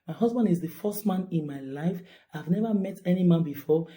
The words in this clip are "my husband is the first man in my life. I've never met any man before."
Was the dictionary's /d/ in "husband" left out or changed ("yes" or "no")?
no